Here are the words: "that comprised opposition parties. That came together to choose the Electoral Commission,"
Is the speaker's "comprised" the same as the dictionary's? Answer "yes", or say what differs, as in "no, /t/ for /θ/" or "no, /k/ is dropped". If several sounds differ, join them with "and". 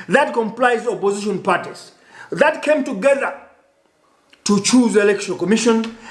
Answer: no, /l/ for /ɹ/ and /d/ is dropped